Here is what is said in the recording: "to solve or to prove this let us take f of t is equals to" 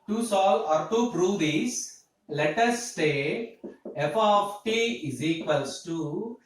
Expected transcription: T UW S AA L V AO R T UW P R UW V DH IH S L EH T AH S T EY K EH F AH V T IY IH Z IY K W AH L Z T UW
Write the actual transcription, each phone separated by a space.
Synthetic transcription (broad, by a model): T UW S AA L AO R T UW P R UW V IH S L EH T AH S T EY EH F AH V T IY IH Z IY K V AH L S T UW